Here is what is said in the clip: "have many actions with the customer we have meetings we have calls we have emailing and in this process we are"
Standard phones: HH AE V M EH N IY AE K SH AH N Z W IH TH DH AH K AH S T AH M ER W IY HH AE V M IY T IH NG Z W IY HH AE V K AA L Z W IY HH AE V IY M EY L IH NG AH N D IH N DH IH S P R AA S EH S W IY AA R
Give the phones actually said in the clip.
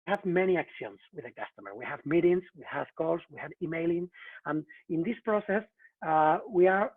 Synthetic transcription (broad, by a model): HH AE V M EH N IY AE K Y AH N S W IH DH AH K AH S T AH M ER W IY HH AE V M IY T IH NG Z W IY HH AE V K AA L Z W IY HH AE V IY M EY L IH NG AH N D IH N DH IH S P R AA S EH S W IY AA R